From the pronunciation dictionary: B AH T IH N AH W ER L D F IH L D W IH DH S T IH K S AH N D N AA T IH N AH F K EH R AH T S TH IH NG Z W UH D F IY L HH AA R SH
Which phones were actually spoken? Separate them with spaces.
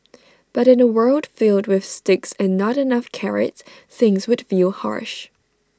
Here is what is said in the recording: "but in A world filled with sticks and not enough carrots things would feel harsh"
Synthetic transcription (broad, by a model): B AH T IH N AH W ER L D F IH L D W IH DH S T IH K S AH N N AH T IH N AH F K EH R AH T TH IH NG Z W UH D F IY L HH AA R SH